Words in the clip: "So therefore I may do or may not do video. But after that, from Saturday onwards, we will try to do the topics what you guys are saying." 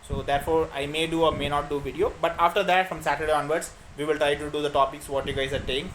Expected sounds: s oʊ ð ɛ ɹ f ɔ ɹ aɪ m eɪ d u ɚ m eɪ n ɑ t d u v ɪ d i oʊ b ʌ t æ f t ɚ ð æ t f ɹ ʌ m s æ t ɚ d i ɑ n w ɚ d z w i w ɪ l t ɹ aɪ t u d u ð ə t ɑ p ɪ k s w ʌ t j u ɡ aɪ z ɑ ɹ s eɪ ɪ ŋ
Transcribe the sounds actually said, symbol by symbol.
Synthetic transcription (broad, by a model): s oʊ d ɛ ɹ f ɔ ɹ aɪ m eɪ d u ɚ m eɪ n ɑ t d u v ɪ d i oʊ b ʌ t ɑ f t ɚ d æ t f ɹ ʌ m s æ t ɚ d i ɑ n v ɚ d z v i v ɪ l t ɹ aɪ t u d u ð ə t ɑ p ɪ k s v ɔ t j u ɡ aɪ z ɑ ɹ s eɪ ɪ ŋ